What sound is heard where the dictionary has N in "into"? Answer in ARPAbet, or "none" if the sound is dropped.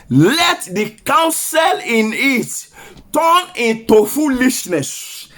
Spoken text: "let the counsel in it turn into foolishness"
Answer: N